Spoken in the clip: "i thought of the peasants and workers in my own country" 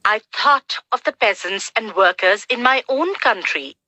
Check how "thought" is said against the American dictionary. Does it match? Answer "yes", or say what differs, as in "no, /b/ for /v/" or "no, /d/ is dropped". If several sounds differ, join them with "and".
yes